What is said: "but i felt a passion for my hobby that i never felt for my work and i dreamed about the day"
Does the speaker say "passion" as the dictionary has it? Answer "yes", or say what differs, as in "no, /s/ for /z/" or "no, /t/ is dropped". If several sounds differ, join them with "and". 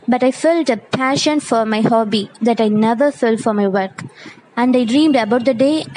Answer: yes